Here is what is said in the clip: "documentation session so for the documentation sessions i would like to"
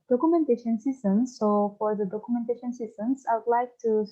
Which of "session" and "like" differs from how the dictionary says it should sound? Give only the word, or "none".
session